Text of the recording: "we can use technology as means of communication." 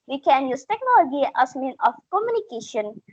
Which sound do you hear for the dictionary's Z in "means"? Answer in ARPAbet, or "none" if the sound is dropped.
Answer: none